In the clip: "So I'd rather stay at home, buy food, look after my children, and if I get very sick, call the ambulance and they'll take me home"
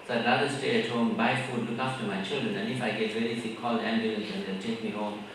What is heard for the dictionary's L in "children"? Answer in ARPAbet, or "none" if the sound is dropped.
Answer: L